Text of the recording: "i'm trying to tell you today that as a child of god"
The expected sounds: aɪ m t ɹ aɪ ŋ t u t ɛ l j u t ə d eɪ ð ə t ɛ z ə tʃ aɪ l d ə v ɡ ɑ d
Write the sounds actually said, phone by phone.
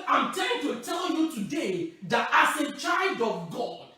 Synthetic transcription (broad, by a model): aɪ m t aɪ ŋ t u t ɛ l j u t ə d eɪ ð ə t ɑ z ə tʃ aɪ l d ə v ɡ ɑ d